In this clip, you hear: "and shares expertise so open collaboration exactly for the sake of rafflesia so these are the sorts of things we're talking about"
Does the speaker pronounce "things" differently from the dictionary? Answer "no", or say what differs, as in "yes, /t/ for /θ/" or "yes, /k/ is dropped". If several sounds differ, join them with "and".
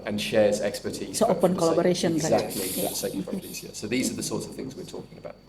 no